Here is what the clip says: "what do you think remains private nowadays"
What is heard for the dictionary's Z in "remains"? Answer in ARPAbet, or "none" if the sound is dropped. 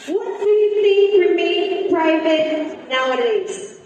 none